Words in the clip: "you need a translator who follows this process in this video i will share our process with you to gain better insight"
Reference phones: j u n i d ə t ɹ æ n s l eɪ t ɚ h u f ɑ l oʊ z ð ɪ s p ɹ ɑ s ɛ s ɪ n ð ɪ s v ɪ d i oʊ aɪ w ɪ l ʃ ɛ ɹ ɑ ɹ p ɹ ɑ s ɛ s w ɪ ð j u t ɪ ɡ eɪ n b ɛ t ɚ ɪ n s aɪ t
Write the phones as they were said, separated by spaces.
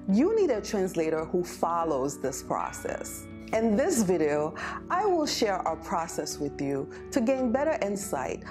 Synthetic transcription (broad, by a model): j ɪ n i d ə t ɹ æ n s l eɪ t ɚ h u f ɑ l oʊ z ð ɪ s p ɹ ɑ s ɛ s ɪ n ð ɪ s v ɪ d i oʊ aɪ w ɪ l ʃ ɛ ɹ ɑ ɹ p ɹ ɑ s ɛ s w ɪ ð j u t ɪ ɡ eɪ n b ɛ t ɚ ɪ n s aɪ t